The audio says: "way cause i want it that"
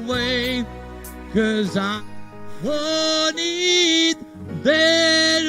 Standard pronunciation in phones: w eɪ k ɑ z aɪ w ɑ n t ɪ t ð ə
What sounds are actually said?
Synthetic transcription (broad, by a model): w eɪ k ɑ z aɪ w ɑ n ɪ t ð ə